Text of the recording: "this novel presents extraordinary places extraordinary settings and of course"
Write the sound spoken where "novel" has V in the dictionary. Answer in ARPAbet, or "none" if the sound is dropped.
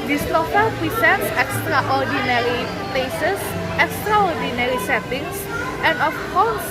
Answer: F